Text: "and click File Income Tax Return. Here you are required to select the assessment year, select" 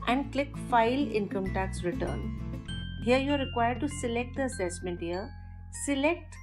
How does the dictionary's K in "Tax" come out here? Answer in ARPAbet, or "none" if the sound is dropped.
K